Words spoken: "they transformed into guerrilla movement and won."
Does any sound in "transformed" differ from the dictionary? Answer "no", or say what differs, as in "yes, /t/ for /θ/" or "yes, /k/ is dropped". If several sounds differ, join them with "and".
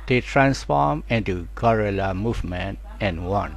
yes, /d/ is dropped